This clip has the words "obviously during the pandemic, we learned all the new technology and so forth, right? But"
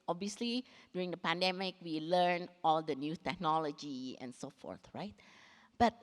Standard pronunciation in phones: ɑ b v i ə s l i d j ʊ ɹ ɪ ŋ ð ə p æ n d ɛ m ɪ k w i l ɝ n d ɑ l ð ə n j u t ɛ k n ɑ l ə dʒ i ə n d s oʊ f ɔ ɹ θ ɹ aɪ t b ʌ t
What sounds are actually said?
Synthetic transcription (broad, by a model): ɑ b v i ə s l i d j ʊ ɹ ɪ ŋ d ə p æ n d ɛ m ɪ k w i l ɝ n ɑ l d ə n j u t ɛ k n ɑ l ə dʒ i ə n s oʊ f ɔ ɹ θ ɹ aɪ t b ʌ t